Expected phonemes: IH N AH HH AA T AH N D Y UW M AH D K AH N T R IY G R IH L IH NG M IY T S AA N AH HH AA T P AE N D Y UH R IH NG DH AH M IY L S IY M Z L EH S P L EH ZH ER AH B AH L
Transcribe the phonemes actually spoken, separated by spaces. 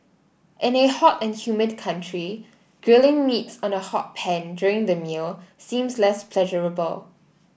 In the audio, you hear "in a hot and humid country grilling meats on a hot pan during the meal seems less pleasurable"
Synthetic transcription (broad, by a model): IH N AH HH AA T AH N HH Y UW M AH D K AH N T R IY G R IH L IH NG M IY T S AA N AH HH AA T P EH N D Y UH R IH NG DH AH M IY L S IY M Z L EH S P L EH ZH ER AH B AH L